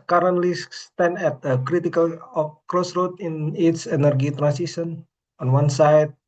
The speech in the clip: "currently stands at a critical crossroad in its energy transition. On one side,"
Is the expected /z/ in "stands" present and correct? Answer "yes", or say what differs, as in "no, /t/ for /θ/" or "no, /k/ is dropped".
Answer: no, /z/ is dropped